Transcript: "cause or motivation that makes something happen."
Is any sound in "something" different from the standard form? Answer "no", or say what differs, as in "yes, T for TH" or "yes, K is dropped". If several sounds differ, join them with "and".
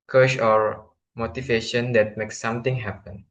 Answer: yes, T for TH